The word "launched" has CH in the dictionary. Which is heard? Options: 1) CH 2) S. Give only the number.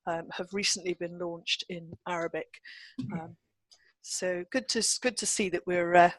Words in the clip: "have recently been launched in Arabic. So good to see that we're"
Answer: 1